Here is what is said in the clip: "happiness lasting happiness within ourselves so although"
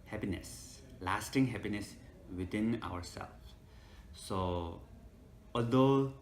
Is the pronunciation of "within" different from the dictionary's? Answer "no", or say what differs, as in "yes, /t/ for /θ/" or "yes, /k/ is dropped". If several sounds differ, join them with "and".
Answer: yes, /t/ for /θ/